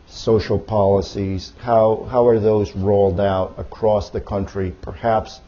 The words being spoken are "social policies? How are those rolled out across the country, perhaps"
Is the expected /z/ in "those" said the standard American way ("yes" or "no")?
yes